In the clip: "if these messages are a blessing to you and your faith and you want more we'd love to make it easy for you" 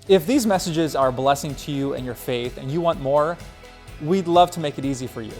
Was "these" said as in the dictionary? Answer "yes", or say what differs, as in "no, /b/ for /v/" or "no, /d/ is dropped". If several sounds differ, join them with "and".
yes